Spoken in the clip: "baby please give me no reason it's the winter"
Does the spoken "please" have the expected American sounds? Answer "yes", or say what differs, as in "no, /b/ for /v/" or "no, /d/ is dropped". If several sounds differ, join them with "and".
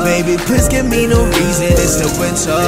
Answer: no, /l/ is dropped